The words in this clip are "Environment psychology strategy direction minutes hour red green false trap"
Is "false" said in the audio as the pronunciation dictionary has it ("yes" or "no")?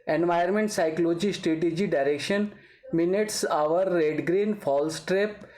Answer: yes